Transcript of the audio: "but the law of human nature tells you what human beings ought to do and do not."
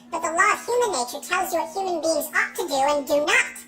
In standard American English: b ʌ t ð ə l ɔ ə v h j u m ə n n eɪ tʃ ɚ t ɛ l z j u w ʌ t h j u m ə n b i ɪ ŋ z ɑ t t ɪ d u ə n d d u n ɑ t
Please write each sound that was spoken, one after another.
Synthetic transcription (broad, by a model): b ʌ t ð ə l ɔ ə v h j u m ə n n eɪ tʃ ɚ t ɛ l z j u w ʌ t h j u m ə n b i ɪ ŋ z ɑ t t ɪ d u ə n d d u n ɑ t